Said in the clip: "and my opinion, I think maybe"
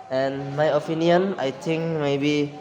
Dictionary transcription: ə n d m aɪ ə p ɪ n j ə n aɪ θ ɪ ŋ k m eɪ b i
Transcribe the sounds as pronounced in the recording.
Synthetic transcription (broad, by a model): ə n m aɪ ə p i n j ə n aɪ t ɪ ŋ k m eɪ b i